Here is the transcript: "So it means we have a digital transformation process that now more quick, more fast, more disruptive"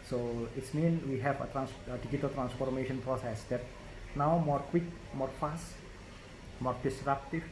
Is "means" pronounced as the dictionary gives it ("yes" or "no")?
no